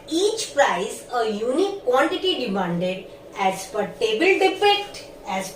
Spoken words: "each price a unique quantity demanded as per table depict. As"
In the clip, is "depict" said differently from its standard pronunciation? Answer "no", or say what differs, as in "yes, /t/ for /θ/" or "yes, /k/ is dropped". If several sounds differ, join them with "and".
yes, /f/ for /p/